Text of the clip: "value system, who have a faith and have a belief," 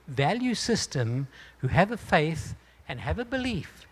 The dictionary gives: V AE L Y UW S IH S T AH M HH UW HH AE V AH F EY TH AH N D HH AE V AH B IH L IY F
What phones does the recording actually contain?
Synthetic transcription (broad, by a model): V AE L Y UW S IH S T AH M HH UW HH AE V AH F EY TH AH N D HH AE V AH B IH L IY F